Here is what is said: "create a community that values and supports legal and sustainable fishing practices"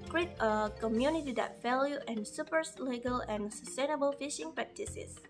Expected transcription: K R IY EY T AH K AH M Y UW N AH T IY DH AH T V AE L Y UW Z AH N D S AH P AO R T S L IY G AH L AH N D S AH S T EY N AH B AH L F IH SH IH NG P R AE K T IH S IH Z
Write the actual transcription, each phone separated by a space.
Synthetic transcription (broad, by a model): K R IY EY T AH K AH M Y UW N AH T IY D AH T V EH L Y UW AH N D S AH P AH R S L IY G AH L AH N S AH S T EY N AH B AH L F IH SH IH NG P R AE K T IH S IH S